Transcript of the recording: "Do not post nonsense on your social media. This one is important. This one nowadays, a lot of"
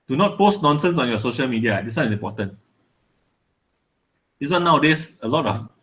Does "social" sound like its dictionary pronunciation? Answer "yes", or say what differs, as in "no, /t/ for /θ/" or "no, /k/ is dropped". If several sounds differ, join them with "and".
yes